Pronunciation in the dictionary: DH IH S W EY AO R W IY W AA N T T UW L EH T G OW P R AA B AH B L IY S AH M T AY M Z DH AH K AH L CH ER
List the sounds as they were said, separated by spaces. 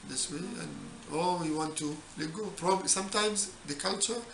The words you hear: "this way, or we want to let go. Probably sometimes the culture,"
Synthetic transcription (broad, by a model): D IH S W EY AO L W IY W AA N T T UW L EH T G OW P R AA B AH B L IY S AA M T AY M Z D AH K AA L CH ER